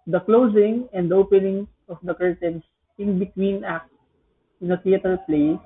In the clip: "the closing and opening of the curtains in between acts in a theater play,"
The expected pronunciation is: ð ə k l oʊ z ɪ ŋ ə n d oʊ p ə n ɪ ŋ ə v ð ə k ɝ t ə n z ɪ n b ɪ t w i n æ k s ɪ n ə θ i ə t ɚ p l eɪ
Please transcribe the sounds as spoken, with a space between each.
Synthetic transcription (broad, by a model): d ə k l oʊ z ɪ ŋ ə n d oʊ p ə n ɪ ŋ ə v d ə k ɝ t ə n s ɪ n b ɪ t w i n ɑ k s ɪ n ə t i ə t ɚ p l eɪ